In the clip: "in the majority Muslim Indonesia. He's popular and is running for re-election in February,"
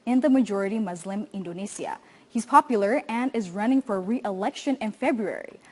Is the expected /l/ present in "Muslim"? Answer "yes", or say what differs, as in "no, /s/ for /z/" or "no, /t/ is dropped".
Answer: yes